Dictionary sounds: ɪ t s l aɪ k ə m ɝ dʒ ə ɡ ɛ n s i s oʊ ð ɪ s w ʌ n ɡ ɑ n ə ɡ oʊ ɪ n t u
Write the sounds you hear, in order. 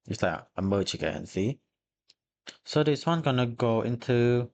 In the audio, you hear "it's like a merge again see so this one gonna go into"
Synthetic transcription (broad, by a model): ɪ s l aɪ ə m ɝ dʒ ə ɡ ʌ n s i s oʊ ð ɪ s w ʌ n ɡ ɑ n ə ɡ oʊ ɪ n t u